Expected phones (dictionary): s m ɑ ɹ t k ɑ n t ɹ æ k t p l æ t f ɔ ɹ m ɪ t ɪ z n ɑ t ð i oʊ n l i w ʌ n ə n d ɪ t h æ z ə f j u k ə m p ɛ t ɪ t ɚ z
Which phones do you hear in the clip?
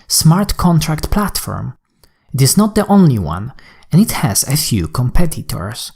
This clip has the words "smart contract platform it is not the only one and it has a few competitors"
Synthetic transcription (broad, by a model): s m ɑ ɹ t k ɑ n t ɹ æ k t p l æ t f ɔ ɹ m ɪ t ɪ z n ɑ t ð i oʊ n l i w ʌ n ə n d ɪ t h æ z ə f j u k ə m p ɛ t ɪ t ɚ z